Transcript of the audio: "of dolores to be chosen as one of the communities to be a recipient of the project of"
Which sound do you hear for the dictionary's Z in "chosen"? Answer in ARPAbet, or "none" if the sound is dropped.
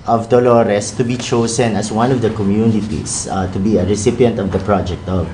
S